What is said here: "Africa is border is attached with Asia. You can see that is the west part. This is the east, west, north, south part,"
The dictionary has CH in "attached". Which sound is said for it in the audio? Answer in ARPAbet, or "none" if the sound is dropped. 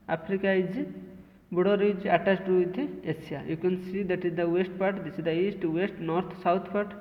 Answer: S